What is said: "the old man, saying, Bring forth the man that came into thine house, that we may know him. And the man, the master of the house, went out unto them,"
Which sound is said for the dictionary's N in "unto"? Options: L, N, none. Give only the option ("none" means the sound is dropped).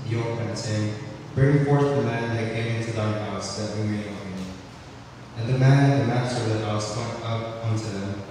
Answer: N